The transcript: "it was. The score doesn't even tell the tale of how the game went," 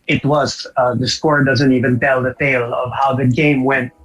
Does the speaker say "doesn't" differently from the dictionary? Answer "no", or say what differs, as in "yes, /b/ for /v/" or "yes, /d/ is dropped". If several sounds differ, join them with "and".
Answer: no